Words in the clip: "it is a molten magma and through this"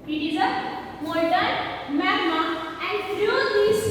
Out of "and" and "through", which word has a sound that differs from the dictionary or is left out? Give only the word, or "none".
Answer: through